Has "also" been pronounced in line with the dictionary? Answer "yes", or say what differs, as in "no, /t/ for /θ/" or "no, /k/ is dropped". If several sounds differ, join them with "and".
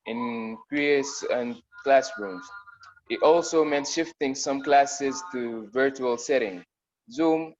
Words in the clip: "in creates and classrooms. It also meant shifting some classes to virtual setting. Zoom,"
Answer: yes